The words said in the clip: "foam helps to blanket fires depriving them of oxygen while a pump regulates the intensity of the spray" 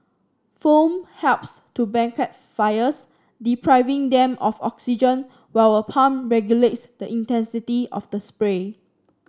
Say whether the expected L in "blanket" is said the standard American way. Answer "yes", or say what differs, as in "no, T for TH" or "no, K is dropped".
no, L is dropped